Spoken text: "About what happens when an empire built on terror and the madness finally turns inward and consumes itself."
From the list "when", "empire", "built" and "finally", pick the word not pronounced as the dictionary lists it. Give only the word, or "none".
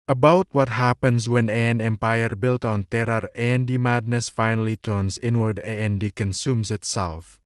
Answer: none